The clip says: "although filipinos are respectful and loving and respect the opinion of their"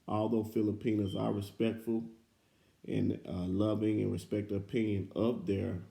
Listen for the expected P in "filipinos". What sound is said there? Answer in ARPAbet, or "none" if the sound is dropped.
P